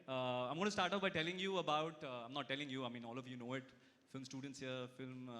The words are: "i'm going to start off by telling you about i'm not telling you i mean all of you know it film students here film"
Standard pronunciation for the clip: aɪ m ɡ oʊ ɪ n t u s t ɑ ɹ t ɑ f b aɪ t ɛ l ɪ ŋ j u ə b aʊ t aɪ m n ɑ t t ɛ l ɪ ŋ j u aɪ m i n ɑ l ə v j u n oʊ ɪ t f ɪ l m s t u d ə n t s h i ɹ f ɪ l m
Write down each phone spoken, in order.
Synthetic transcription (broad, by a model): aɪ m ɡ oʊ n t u s t ɑ ɹ t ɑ p b aɪ t ɛ l ɪ ŋ j u ə b aʊ t aɪ m n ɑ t t ɛ l ɪ ŋ j u aɪ m i n ɑ l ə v j u n oʊ ɪ t f ɪ l m s t u d ə n t s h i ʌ f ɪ l m